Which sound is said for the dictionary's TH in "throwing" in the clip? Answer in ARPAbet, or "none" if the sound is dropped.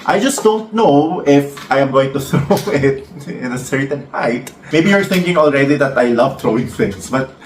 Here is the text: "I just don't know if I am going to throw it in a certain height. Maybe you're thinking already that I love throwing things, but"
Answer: T